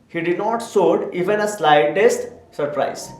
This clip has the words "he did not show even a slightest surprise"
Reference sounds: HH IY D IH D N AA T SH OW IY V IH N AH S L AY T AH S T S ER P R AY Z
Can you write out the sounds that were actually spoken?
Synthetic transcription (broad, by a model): HH IY D IH D N AA T S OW IY V IH N AH S L AY T AH S T S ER P R AY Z